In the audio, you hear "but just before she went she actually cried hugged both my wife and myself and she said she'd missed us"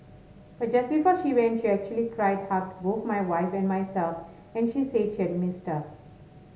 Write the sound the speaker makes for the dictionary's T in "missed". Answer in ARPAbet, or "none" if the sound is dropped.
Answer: T